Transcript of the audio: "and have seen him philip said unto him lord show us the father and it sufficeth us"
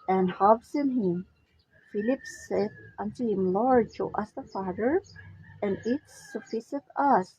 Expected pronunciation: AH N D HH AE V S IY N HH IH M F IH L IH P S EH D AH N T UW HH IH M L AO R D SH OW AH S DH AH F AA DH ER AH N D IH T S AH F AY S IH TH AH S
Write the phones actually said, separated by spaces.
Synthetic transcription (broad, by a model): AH N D HH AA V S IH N HH IH M F IH L IH P S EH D AH N T UW HH IH M L AO R D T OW AH S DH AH F AA DH ER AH N IH T S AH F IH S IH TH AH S